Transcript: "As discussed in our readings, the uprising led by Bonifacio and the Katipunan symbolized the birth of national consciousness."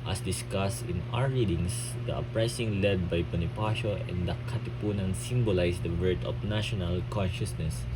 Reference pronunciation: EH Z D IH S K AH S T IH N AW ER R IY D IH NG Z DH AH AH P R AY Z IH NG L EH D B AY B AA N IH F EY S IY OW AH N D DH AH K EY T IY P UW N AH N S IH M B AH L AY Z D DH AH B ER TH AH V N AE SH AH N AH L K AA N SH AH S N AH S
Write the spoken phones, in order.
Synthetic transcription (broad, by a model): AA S D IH S K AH S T IH N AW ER R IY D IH NG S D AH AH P R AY S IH NG L EH D B AY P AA N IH P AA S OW AH N D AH K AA T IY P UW N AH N S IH M B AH L AY S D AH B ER T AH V N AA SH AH N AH L K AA N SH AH S N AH S